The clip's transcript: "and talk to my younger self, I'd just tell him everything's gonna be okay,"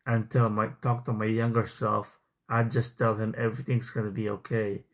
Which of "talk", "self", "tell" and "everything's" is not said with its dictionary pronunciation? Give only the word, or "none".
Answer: none